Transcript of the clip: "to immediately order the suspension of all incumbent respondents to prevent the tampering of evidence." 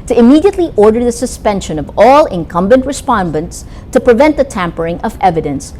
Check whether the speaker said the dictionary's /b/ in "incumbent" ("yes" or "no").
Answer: yes